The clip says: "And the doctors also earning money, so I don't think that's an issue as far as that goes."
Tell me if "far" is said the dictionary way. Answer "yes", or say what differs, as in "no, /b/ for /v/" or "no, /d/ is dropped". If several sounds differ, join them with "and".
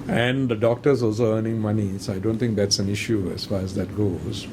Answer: yes